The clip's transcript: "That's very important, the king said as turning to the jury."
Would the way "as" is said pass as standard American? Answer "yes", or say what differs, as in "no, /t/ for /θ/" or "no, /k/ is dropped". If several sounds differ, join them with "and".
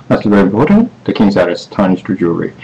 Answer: no, /s/ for /z/